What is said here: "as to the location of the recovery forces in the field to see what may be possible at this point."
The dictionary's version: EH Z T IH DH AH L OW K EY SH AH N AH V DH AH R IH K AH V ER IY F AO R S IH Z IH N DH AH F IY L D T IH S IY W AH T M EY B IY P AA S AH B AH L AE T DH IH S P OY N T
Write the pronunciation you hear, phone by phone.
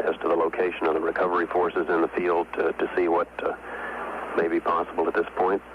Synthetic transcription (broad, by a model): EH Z T IH DH AH L OW K EY SH AH N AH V DH AH R IH K AH V ER IY F AO R S IH Z IH N DH AH F IY L D T IH S IY W AH T M EY B IY P AA S AH B L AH T DH IH S P OY N T